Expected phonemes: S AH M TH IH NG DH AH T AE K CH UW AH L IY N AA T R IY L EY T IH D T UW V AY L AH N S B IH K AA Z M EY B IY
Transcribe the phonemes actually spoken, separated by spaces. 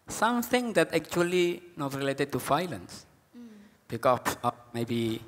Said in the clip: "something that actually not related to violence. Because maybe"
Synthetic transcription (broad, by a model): S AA M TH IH NG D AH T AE K CH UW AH L IY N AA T R IY L EY T IH D T UW F AY L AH N S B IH K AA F M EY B IY